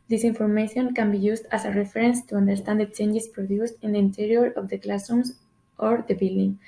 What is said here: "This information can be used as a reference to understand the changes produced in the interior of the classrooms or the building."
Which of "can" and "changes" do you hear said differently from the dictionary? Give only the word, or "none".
changes